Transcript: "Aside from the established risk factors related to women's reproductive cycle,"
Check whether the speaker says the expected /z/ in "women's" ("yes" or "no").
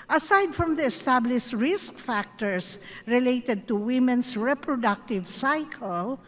no